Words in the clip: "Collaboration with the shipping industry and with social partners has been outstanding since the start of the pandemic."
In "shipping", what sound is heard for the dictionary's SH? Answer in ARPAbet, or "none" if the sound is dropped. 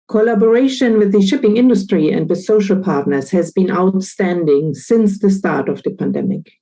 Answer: SH